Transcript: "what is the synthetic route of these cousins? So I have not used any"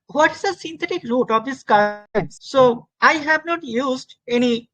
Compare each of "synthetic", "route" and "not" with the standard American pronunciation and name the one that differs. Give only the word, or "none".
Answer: synthetic